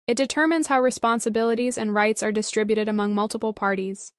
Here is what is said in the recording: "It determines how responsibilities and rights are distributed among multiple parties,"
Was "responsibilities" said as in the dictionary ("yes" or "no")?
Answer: yes